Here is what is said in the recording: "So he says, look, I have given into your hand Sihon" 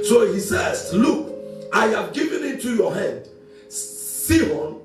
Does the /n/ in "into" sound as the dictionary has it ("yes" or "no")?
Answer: no